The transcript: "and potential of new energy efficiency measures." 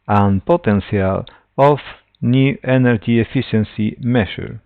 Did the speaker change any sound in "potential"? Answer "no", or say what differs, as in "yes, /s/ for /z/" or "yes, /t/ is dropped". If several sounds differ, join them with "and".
yes, /s/ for /ʃ/